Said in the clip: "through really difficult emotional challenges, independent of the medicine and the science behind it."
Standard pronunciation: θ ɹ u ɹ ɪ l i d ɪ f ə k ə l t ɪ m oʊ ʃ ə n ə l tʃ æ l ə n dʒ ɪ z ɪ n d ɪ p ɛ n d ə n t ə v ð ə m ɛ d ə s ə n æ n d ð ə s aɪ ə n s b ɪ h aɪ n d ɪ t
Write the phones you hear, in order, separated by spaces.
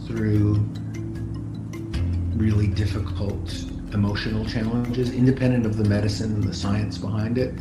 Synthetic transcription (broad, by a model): θ ɹ u ɹ ɪ l i d ɪ f ə k ə l t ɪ m oʊ ʃ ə n l tʃ æ l ə n dʒ ɪ z ɪ n d ɪ p ɛ n d ə n t ə v ð ə m ɛ d ə s ə n n ð ə s aɪ ə n s b ɪ h aɪ n d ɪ t